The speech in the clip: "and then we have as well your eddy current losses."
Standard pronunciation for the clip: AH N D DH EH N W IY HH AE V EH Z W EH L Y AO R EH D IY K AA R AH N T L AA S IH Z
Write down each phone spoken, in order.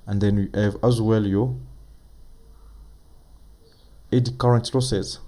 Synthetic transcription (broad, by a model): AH N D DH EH N W IY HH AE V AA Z W EH L Y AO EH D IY K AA R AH N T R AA S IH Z